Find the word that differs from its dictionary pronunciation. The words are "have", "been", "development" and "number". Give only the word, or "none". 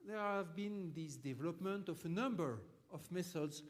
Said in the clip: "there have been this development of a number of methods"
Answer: none